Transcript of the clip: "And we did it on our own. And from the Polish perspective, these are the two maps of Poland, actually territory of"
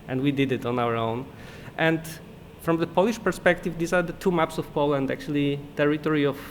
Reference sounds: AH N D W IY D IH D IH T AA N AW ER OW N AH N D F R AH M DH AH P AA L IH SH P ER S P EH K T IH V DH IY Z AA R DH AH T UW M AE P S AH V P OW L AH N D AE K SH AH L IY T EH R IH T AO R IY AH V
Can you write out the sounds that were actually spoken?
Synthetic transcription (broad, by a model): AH N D W IY D IH D IH T AA N AW ER OW N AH N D F R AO M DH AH P AA L IH SH P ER S P EH K T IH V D IY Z AA R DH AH T UW M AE P S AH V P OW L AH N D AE K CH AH L IY T EH R IH T AO R IY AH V